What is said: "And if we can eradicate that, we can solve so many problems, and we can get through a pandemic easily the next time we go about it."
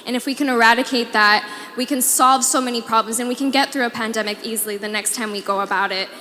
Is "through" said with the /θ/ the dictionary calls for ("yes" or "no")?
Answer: yes